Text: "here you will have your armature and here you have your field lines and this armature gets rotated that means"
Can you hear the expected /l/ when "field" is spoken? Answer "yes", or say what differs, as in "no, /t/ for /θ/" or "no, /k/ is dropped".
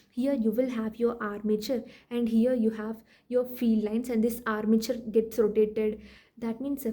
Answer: no, /l/ is dropped